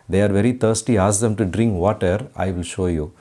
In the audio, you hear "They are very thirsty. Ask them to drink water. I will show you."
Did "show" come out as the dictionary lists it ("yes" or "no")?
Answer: yes